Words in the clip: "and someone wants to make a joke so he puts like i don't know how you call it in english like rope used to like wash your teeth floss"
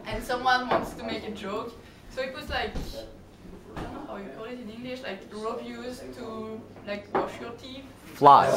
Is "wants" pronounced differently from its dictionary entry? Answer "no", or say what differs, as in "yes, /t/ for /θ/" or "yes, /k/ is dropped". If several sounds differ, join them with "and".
no